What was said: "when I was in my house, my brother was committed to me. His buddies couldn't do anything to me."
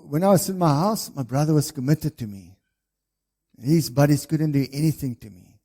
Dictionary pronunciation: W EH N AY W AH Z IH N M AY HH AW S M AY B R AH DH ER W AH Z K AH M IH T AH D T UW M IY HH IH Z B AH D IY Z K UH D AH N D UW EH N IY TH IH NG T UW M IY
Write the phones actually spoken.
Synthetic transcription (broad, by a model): W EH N AY W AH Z IH N M AY HH AW S M AY B R AH DH ER W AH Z K AH M IH T AH D T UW M IY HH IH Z B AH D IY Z K UH D AH N D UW EH N IY TH IH NG T UW M IY